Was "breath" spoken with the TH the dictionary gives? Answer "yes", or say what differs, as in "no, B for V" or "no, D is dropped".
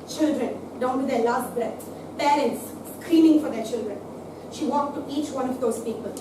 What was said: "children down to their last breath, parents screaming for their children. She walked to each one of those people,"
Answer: no, S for TH